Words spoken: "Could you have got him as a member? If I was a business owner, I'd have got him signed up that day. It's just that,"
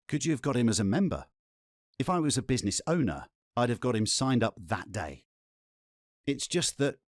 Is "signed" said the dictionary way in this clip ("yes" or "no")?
yes